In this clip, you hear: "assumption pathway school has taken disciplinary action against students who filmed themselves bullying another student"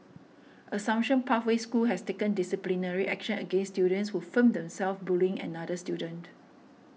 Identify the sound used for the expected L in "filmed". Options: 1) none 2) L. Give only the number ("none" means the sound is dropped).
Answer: 1